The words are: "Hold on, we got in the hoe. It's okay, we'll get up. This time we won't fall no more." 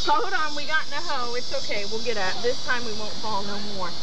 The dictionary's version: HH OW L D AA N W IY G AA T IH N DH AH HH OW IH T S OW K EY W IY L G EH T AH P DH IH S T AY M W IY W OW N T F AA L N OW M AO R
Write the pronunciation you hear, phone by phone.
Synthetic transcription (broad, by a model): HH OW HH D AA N W IY G AA T N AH HH OW IH T S OW K EY W IY L G EH T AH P DH IH S T AY M W IY W OW N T F AA L N OW M AO R